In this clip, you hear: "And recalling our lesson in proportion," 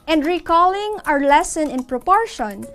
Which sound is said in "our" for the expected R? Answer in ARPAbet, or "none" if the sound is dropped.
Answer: R